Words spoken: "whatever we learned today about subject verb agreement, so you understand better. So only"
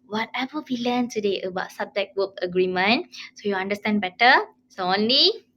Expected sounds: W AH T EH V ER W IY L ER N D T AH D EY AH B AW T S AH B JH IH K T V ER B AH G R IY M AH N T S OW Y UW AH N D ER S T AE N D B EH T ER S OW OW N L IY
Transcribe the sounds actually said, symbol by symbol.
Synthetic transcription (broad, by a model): W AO T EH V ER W IY L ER N T AH D EY AH B AW T S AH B JH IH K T W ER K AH G R IY M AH N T S OW Y UW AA N D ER S T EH N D B EH T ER S OW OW N L IY